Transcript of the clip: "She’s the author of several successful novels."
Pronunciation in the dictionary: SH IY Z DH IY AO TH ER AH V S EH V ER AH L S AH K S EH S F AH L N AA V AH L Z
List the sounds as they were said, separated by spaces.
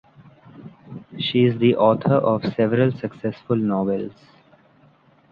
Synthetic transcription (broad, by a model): SH IY Z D IY AO T ER AH V S EH V ER AH L S AH K S EH S F AH L N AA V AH L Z